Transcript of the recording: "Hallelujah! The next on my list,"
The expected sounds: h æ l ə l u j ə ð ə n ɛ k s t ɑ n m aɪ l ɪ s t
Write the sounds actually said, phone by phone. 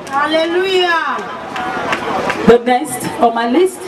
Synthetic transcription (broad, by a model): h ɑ l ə l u j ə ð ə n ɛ s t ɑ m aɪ l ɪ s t